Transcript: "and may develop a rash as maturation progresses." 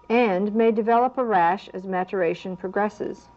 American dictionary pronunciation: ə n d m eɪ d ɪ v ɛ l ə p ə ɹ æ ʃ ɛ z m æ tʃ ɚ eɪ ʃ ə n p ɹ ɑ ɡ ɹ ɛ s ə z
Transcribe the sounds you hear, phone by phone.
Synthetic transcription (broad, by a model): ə n m eɪ d ɪ v ɛ l ə p ə ɹ æ ʃ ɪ z m æ tʃ ɚ eɪ ʃ ə n p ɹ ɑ ɡ ɹ ɛ s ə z